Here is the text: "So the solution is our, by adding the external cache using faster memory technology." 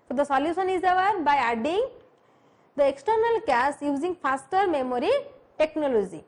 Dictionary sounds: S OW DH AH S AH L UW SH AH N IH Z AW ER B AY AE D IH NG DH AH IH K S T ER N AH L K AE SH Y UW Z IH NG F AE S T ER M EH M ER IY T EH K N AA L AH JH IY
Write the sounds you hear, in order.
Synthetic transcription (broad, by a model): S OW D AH S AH L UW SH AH N IH Z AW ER B AY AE D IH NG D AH IH K S T ER N AH L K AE S Y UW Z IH NG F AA S T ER M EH M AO IY T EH K N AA L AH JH IY